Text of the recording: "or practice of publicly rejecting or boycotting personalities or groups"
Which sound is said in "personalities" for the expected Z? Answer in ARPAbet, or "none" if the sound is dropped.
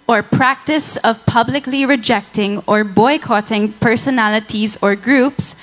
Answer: Z